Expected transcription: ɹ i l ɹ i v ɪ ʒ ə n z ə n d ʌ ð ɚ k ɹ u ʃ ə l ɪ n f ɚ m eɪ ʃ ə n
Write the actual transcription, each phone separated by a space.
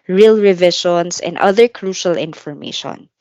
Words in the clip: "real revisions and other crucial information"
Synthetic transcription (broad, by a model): ɹ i l ɹ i v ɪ ʃ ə n s ə n d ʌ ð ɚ k ɹ u ʃ ə l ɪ n f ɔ m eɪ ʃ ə n